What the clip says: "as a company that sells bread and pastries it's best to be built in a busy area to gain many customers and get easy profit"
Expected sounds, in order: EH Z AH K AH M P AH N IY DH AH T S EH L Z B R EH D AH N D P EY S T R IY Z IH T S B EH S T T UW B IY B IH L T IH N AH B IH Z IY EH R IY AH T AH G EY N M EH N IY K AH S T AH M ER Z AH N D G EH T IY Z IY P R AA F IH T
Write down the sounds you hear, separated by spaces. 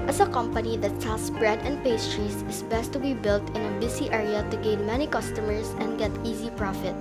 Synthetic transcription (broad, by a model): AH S AH K AH M P AH N IY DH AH T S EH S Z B R EH D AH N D P EY S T R IY S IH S B EH S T T UW B IY B IH L T IH N AH B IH S IY EH R IY AH T AH G EY N M EH N IY K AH S T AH M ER S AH N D G EH T IY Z IY P R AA F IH T